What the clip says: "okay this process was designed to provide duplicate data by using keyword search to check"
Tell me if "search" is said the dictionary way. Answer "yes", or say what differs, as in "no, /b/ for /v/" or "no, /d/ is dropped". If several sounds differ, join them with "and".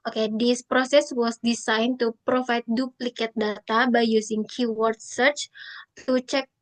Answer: yes